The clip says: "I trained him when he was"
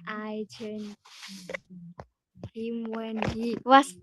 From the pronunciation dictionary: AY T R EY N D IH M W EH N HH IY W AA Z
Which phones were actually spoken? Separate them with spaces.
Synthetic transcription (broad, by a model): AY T EY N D IH M W EH N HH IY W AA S